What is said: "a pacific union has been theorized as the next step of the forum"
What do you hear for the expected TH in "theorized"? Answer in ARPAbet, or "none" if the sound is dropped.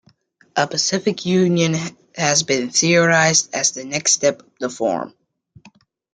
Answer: TH